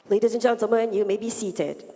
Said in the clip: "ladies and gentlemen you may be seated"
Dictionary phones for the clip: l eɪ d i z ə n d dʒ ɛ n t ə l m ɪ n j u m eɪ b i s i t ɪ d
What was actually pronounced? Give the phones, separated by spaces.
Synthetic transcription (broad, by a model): l eɪ d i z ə n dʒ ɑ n s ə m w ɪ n j u m eɪ b i s i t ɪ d